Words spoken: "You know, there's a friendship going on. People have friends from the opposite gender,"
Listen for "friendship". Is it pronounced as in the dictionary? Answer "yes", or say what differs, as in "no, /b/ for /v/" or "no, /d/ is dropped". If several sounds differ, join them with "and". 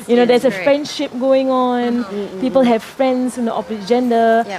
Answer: yes